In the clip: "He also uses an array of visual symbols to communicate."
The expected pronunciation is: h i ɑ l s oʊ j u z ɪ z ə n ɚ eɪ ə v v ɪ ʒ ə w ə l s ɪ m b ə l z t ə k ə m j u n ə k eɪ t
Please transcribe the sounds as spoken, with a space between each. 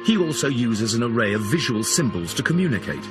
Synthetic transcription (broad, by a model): h i ɑ l s oʊ j u z ɪ z ə n ɚ eɪ ə v v ɪ ʒ ə w ə l s ɪ m b ə l z t ə k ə m j u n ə k eɪ t